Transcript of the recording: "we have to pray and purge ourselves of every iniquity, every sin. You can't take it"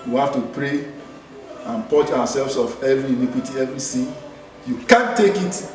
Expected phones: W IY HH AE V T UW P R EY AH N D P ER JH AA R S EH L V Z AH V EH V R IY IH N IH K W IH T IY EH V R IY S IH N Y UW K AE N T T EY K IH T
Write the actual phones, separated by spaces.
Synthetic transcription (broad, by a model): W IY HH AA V T UW P R EY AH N P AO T AA W S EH L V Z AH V EH V R IY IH N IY K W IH T IY EH V R IY S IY Y UW K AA N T T EY K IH T